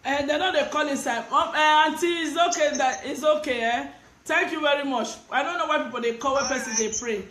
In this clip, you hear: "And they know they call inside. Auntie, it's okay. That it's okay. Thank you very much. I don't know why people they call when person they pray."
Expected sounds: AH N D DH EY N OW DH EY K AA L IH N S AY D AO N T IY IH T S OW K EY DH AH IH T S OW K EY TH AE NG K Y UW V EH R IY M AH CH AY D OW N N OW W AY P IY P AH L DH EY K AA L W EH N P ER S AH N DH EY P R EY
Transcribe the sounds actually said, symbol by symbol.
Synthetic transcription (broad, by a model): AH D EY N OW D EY K AA L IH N S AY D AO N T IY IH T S OW K EY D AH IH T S OW K EY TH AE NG K Y UW V EH R IY M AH CH AY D OW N N OW W AY P IY P AH L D EY K AA L W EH P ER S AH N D EY P R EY